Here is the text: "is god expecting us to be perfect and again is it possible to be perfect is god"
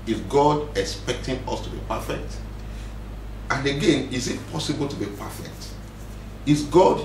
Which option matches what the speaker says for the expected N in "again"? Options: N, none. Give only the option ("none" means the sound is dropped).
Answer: N